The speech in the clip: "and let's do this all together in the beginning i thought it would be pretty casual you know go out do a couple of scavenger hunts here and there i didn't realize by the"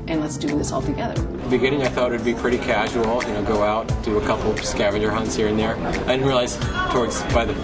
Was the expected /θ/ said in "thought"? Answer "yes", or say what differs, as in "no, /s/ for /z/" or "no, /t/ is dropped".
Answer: yes